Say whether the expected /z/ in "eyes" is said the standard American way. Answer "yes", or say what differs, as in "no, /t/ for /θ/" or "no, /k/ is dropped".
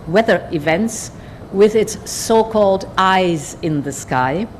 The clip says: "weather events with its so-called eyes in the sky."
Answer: yes